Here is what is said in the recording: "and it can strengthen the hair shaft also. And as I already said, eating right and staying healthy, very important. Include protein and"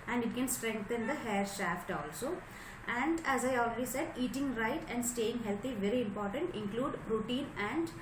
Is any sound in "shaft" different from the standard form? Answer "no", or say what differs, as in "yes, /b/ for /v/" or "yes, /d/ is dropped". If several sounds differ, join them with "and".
no